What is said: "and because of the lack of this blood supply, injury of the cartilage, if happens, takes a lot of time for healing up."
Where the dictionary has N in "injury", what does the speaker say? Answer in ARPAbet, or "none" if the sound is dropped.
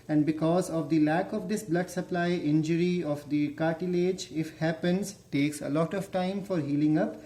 N